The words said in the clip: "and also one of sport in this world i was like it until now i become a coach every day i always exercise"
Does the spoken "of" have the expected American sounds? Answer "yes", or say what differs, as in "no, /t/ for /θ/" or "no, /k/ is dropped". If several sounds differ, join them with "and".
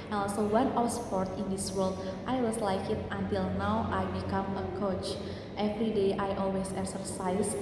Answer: no, /w/ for /v/